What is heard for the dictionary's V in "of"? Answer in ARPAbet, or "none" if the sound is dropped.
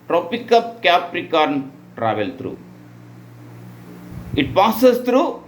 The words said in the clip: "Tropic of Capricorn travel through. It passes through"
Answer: P